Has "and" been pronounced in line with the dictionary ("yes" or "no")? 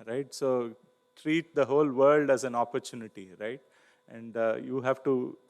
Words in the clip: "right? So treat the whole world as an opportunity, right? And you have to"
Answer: yes